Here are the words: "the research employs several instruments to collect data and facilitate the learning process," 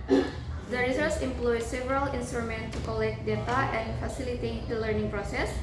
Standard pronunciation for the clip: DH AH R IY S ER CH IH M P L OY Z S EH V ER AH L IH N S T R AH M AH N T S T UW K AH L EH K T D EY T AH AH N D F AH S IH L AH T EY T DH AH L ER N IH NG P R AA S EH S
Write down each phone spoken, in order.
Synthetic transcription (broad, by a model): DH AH R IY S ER S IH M P L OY S EH V ER AH L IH N S T R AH M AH N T T UW K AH L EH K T D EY T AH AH N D F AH S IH L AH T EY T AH L ER N IH NG P R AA S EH S